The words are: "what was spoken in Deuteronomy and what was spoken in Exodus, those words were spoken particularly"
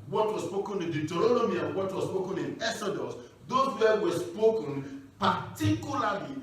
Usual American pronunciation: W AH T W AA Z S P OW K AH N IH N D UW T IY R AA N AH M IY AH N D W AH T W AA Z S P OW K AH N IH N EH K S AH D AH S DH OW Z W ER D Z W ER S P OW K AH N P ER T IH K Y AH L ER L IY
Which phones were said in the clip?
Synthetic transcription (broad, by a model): W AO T W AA S P OW K AH N IH N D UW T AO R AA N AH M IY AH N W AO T W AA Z S P OW K AH N IH N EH S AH D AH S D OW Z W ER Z W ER S P OW K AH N P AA T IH K Y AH L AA L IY